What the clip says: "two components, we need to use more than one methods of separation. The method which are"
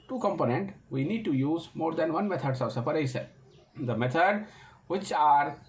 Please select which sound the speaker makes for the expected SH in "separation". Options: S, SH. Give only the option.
S